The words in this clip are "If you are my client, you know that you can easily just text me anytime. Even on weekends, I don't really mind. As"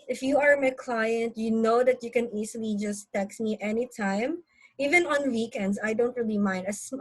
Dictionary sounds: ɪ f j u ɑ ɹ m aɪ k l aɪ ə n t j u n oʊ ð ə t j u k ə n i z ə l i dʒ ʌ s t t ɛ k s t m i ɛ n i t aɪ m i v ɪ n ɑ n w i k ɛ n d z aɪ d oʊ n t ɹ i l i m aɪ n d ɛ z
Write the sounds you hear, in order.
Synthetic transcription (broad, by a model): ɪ f j u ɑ ɹ m aɪ k l aɪ ə n t j u n oʊ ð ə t j u k ə n i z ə l i dʒ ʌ s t t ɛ k s m i ɛ n i t aɪ m i v ɪ n ɑ n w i k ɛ n d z aɪ d oʊ n t ɹ i l i m aɪ n d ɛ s